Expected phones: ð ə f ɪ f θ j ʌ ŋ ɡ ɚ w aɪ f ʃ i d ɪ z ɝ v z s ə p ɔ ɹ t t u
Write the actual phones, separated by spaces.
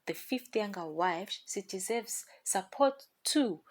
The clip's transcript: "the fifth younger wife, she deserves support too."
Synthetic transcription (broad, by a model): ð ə f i f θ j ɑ ŋ ɡ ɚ w aɪ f s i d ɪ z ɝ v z s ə p ɔ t t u